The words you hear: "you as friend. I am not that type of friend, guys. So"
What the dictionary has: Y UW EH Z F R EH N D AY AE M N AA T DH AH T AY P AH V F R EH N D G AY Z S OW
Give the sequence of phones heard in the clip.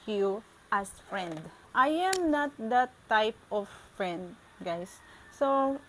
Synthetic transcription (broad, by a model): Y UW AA S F R EH N D AY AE M N AA T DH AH T AY P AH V F R EH N D G AY S OW